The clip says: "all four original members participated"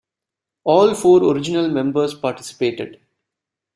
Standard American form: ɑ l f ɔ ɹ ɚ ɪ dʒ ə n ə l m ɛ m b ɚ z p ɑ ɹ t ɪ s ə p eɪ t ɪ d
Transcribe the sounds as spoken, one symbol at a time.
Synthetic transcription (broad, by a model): ɑ l f ɔ ɹ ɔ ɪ dʒ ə n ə l m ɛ m b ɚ s p ɑ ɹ t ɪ s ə p eɪ t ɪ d